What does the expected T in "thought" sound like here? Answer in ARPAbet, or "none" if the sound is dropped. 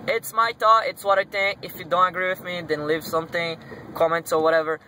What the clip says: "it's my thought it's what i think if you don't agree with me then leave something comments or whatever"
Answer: none